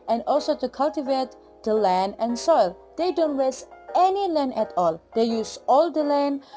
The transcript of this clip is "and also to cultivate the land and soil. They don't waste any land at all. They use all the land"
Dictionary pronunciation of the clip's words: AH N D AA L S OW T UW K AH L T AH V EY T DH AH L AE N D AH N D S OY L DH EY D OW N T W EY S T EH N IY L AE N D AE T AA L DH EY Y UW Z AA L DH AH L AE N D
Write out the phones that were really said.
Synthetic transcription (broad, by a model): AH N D AA L S OW T UW K AH L T AH V EY T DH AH L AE N D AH N S OY L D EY D OW N T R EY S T EH N IY L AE N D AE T AA L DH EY Y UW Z AA L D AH L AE N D